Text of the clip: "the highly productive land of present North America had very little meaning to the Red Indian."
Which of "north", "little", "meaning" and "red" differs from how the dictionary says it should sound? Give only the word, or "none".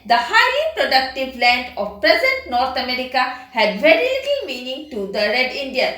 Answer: north